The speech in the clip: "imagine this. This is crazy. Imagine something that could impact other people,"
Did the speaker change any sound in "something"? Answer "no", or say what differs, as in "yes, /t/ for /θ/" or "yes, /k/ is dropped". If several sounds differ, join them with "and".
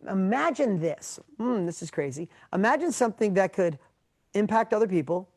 no